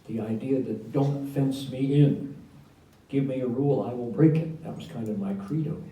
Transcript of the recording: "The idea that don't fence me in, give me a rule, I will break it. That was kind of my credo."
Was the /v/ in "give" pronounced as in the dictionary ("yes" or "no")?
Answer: yes